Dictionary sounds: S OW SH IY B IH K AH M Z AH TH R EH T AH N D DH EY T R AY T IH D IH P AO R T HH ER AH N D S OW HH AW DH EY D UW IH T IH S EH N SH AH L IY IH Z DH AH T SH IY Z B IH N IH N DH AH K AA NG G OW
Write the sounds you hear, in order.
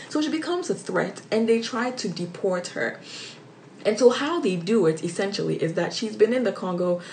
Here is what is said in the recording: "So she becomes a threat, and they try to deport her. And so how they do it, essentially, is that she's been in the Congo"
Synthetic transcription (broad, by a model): S OW SH IY B IH K AH M Z AH TH R EH T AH N DH EY T R AY T IH D IH P AO R T HH ER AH N S OW HH AW DH EY D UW IH T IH S EH N SH L IY IH Z DH AH T SH IY Z B IH N IH N DH AH K AA NG G OW